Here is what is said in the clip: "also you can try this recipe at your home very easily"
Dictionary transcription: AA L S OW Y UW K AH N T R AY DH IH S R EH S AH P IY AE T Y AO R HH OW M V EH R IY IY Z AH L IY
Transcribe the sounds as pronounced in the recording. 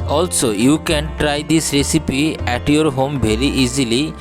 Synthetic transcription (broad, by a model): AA L S OW Y UW K AH N T R AY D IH S R EH S AH P IY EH T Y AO R HH OW M B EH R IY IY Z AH L IY